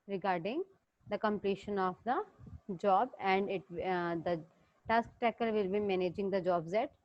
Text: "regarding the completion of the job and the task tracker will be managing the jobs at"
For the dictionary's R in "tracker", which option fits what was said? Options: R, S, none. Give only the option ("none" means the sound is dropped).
none